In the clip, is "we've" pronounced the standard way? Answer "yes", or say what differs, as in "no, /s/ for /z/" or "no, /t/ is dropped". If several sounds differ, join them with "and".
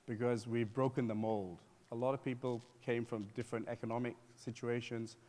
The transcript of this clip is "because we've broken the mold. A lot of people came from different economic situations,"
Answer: yes